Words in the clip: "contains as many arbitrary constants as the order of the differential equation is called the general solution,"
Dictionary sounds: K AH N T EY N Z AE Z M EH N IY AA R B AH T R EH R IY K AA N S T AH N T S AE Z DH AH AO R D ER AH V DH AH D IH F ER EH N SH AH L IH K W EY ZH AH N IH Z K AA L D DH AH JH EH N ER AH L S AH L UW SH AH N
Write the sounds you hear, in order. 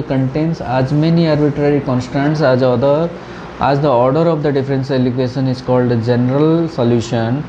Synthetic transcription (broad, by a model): K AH N T EY N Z AE Z M EH N IY AA R B AH T R EH R IY K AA N S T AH N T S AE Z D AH AO R D ER AH V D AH D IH F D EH N S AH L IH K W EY SH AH N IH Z K AA L D JH EH N ER AH L S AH L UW SH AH N